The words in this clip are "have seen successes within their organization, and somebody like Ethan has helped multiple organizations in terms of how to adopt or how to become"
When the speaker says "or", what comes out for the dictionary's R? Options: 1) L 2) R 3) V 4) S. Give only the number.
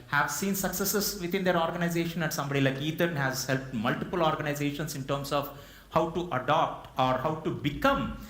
2